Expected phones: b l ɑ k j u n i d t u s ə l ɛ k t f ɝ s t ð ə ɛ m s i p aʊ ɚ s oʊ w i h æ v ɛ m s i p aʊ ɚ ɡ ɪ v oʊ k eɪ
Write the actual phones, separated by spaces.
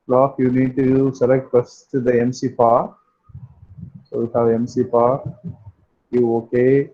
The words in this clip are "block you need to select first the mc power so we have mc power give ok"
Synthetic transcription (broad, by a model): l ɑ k j u n i d t u s ə l ɛ k t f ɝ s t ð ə ɛ m s i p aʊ s oʊ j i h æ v ɛ m s i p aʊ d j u oʊ k eɪ